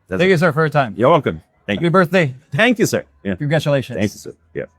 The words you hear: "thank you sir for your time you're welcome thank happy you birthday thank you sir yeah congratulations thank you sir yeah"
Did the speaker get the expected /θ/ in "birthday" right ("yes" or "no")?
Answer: yes